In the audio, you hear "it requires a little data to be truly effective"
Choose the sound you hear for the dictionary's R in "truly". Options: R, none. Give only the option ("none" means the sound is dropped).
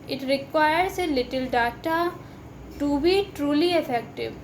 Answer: R